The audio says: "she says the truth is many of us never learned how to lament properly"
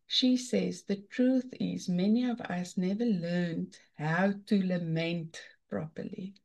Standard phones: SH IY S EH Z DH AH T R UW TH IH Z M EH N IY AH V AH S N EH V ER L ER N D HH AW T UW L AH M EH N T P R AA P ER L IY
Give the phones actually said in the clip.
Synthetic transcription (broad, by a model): SH IY S EH Z DH AH T R UW TH IH Z M EH N IY AH V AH S N EH V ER L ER N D HH AW T UW L AH M EH N T P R AA P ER L IY